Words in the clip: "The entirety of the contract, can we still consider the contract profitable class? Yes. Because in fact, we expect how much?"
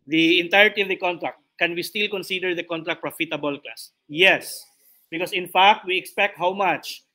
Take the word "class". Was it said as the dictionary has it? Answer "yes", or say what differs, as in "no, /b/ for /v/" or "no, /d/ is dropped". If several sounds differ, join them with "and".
no, /l/ is dropped